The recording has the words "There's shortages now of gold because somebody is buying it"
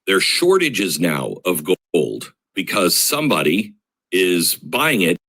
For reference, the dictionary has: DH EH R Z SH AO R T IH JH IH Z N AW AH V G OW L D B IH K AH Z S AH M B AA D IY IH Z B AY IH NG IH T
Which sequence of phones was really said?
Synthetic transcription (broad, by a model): DH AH R SH AO R T IH JH IH Z N AW AH V G OW L D B IH K AH Z S AH M B AA D IY IH Z B AY IH NG IH T